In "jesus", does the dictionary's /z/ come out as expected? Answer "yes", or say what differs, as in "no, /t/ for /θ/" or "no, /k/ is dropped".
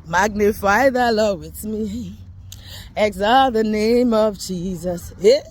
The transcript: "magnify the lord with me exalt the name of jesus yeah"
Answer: yes